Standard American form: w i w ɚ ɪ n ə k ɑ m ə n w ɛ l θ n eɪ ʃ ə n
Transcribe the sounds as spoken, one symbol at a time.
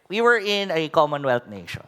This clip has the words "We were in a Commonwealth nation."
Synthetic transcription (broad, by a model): w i w ɚ ɪ n ə k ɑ m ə n w ɛ l t n eɪ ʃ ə n